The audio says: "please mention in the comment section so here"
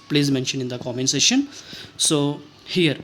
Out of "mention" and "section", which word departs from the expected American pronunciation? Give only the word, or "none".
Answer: section